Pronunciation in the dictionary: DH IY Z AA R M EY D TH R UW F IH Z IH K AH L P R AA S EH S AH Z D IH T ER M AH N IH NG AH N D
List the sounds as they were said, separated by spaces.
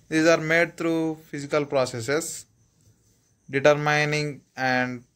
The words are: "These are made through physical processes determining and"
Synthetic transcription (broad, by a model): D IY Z AA R M EY D T R UW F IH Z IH K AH L P R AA S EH S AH S D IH T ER M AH N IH NG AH N D